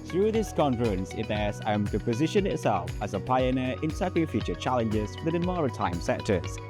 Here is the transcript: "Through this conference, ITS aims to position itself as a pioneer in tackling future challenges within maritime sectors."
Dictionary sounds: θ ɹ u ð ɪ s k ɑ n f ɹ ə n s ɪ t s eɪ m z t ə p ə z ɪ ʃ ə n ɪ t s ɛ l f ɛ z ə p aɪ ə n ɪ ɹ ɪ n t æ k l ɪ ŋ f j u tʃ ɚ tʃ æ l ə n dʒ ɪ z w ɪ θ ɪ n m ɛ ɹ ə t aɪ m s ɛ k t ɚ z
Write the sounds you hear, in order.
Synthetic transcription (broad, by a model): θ ɹ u ð ɪ s k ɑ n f ɹ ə n s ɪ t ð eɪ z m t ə p ə z ɪ ʃ ə n ɪ t s ɛ l f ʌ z ə p aɪ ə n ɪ ɹ ɪ n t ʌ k ɪ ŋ f j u tʃ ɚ tʃ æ l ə n dʒ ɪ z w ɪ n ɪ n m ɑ ɹ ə t aɪ m s ɛ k t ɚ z